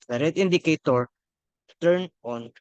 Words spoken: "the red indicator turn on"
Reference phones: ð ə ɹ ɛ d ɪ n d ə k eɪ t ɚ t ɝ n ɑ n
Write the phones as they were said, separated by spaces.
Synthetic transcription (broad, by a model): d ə ɹ ɛ d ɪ n d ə k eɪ t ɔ t ɝ n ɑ n